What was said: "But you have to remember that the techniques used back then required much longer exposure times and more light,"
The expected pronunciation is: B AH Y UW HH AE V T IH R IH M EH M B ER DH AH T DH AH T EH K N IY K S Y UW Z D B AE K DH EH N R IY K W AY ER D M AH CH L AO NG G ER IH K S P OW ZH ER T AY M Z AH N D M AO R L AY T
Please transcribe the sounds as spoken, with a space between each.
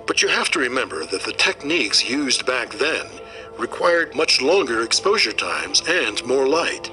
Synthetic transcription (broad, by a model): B AH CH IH HH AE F T IH R IH M EH M B ER DH AH T DH AH T EH K N IY K S Y UW Z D B AE K DH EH N R IY K W AY ER D M AH CH L AO NG G ER IH K S P OW ZH ER T AY M Z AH N M AO R L AY T